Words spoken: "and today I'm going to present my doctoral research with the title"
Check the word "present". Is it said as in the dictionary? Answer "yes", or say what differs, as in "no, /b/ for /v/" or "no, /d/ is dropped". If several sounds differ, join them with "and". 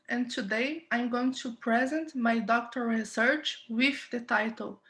yes